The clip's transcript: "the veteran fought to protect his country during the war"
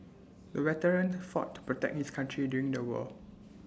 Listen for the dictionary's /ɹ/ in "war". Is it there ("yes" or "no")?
no